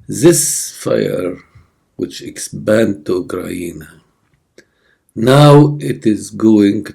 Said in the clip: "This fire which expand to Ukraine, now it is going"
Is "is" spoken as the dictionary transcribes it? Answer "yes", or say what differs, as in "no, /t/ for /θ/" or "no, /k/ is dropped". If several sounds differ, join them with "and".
yes